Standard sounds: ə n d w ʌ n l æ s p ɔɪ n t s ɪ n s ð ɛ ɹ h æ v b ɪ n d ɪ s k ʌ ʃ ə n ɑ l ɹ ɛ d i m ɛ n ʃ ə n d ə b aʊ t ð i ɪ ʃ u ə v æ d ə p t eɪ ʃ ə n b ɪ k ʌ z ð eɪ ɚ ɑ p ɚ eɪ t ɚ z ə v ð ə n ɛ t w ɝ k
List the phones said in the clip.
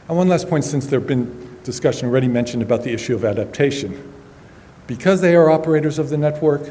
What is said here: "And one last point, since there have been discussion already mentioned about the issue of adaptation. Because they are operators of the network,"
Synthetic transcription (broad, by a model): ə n w ʌ n l æ s p ɔɪ n t s ɪ n s ð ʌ ɹ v b ɪ n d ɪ s k ʌ ʃ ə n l ɹ ɛ d i m ɛ n ʃ ə n d ə b aʊ t ð i ɪ ʃ u ə v æ d ə p t eɪ ʃ ə n b ɪ k ʌ z ð eɪ ɚ ɑ p ɚ eɪ t ɚ z ə v ð ə n ɛ t w ɝ k